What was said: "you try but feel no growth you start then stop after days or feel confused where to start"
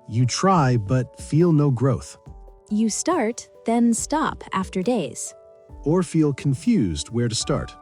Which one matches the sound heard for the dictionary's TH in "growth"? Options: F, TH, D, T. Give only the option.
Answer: TH